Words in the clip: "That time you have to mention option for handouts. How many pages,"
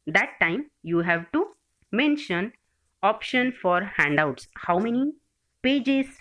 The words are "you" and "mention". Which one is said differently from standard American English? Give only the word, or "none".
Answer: none